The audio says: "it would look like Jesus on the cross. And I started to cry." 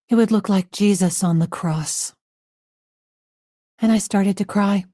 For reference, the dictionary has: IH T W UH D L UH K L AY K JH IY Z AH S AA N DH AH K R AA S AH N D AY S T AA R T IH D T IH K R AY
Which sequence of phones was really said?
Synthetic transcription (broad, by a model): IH T W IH D L UH K L AY K JH IY Z AH S N DH AH K R AA S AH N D AY S T AA R T IH D T IH K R AY